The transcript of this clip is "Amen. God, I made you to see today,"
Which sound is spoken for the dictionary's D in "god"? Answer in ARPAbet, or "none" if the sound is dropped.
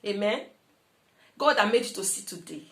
D